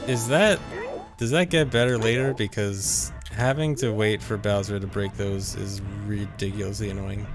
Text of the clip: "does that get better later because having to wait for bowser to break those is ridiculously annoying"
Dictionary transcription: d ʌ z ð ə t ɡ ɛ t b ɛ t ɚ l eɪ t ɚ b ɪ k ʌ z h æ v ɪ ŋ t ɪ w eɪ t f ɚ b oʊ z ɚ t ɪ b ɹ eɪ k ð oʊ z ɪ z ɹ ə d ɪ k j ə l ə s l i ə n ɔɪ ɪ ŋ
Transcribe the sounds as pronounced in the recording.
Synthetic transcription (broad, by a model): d ʌ z ð ə t ɡ ɛ t b ɛ t ɚ l eɪ t ɚ b ɪ k ʌ z h æ v ɪ ŋ t ɪ w eɪ t f ɚ b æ z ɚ t ɪ b ɹ eɪ k ð oʊ z ɪ z ɹ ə d ɪ k j l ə s l i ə n ɔɪ ɪ ŋ